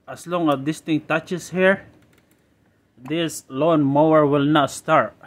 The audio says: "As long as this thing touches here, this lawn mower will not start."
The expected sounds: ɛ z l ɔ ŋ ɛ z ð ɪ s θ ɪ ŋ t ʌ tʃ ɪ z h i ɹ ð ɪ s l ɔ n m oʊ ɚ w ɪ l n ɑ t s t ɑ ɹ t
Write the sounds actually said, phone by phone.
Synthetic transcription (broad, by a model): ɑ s l ɔ ŋ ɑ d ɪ s t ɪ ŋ t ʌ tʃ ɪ s h i ɹ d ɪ s l ɔ n m oʊ ɚ w ɪ l n ɑ t s t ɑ ɹ t